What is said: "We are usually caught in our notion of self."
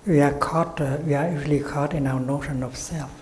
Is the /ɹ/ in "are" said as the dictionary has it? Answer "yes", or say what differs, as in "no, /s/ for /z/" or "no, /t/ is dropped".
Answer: no, /w/ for /ɹ/